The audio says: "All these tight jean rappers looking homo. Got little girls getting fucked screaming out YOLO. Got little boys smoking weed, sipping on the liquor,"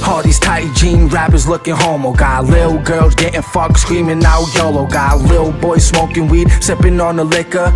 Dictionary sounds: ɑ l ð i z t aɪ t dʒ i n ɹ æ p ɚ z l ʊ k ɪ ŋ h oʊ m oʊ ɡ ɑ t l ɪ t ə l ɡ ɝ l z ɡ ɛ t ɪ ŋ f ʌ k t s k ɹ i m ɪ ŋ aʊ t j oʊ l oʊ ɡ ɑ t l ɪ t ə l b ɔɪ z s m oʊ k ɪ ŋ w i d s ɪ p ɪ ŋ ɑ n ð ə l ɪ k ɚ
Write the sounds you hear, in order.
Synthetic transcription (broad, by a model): ɑ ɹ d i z t aɪ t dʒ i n ɹ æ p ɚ z l ʊ k ɪ ŋ h oʊ m oʊ ɡ ɑ t l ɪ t l ɡ ɝ l z ɡ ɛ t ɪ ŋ f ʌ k s k ɹ i m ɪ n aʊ j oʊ l oʊ ɡ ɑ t l ɪ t l b ɔɪ z s m oʊ k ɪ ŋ w i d s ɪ p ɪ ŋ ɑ n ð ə l ɪ k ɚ